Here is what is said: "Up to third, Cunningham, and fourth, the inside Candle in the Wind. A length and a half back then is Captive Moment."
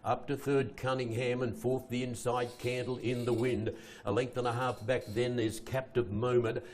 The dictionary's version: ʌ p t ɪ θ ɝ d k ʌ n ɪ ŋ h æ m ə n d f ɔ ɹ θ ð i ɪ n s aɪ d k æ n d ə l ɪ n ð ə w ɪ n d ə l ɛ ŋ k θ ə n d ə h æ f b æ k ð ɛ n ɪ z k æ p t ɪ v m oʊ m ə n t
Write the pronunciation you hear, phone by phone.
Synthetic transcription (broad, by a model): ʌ p t ɪ θ ɝ d k ʌ n ɪ ŋ h æ m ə n f ɔ ɹ θ ð i ɪ n s aɪ d k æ n d l ɪ n ð ə w ɪ n d ə l ɛ ŋ k θ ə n ə h æ f b æ k ð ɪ n ɪ z k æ p t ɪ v m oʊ m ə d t